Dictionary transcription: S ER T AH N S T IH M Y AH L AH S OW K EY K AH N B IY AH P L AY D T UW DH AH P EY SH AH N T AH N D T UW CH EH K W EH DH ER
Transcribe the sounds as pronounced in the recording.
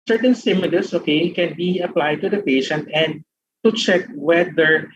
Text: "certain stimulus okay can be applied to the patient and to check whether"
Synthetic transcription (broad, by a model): S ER T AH N S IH M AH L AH S OW K EY K AH N B IY AH P L AY D T UW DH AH P EY SH AH N T AH N D T UW CH EH K W EH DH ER